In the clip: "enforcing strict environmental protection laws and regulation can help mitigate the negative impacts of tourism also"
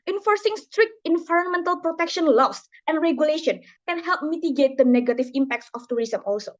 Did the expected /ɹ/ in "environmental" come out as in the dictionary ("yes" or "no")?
yes